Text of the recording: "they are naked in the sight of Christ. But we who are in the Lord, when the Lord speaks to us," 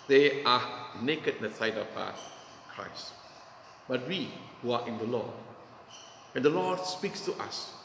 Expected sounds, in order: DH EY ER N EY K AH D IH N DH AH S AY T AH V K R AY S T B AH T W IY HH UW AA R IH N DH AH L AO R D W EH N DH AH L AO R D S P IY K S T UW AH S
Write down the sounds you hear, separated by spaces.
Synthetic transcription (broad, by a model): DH EY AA N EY K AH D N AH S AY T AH P K R AY S T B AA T W IY HH UW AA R IH N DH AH L AO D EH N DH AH L AO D S P IY K S T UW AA S